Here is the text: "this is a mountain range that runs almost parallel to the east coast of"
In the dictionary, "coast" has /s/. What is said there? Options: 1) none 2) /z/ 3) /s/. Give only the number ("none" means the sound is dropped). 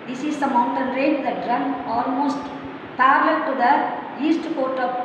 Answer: 1